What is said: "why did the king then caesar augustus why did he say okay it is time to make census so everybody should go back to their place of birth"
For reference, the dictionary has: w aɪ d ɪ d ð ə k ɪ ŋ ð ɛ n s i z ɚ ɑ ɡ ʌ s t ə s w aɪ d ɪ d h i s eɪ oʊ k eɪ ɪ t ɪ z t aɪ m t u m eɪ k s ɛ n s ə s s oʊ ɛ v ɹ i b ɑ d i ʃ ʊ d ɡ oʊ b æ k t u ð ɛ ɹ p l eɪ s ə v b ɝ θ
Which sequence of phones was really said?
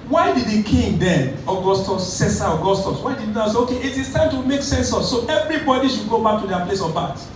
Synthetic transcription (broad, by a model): w aɪ d ɪ d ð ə k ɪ ŋ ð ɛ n s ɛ s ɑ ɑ ɡ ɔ s t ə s w aɪ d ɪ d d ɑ s eɪ oʊ k eɪ ɪ t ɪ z t aɪ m t u m eɪ k s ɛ n s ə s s oʊ ɛ v ɹ i b ɑ d i ʃ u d ɡ oʊ b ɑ k t u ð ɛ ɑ p l eɪ s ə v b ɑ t